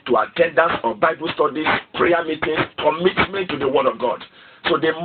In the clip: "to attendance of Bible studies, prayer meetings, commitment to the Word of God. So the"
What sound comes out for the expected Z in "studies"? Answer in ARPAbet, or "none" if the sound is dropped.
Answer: S